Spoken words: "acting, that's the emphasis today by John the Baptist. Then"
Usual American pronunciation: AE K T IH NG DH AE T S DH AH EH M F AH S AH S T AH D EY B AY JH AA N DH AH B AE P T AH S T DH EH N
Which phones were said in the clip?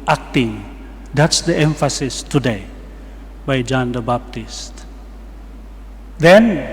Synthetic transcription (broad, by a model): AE K T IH NG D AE T S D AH EH M F AH S AH S T AH D EY B AY JH AA N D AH B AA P T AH S T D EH N